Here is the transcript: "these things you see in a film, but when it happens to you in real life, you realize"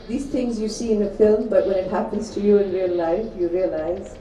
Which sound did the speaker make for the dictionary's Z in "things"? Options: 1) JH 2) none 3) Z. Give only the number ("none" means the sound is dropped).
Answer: 3